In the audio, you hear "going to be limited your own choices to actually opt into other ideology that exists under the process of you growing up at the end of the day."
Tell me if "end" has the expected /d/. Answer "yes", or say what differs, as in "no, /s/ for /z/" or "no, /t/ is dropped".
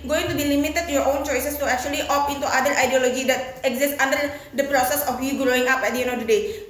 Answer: no, /d/ is dropped